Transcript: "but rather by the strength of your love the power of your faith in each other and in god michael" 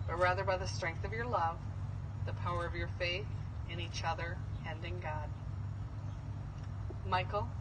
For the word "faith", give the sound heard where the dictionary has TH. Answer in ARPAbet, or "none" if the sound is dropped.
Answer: TH